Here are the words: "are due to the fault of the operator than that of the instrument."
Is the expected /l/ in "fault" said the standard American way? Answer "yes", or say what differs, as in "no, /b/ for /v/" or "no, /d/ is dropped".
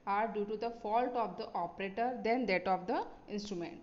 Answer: yes